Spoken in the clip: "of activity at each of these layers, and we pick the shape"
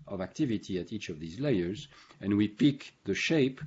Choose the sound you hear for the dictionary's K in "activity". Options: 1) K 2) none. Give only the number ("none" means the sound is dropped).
1